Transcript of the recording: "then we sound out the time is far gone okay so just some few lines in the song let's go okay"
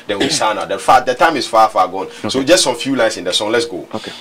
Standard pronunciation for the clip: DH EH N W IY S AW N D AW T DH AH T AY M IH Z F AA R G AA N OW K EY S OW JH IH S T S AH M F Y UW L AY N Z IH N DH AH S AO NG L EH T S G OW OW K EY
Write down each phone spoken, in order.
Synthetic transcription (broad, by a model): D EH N W IY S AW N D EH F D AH T AY M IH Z F AA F G AA N S OW JH IH S T S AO M F Y UW L AY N S IH N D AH S AO NG L EH T S G OW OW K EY